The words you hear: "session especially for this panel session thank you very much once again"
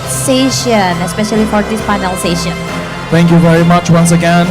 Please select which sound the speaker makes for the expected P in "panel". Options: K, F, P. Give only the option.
F